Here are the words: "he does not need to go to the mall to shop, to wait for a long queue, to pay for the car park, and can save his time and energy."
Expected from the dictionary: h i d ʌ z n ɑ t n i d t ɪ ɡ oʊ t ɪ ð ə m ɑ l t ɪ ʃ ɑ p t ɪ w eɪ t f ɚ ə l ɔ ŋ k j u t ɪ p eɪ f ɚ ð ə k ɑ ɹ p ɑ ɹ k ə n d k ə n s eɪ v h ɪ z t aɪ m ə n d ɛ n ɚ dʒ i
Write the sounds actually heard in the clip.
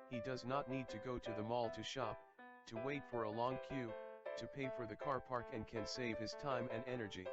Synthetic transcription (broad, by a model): h i d ʌ z n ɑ t n i d t ɪ ɡ oʊ t ɪ ð ə m ɑ l t ɪ ʃ ɑ p t ɪ w eɪ t f ɚ ə l ɔ ŋ k j u t ɪ p eɪ f ɚ ð ə k ɑ ɹ p ɑ ɹ k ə n k ə n s eɪ v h ɪ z t aɪ m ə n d ɛ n ɚ dʒ i